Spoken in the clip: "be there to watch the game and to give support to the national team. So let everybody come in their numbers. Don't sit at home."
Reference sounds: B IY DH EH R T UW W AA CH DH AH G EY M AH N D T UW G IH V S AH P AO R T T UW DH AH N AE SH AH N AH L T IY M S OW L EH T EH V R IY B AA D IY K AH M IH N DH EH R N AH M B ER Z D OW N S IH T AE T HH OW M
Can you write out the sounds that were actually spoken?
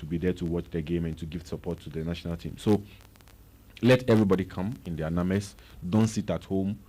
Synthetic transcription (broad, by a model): B IY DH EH T UW W AA CH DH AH G EY M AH N T UW G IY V S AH P AO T T UW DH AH N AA SH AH N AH L T IY M S OW L EH T EH V R IY B AA D IY K AH M IH N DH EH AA N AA M ER S D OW N S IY T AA T HH OW M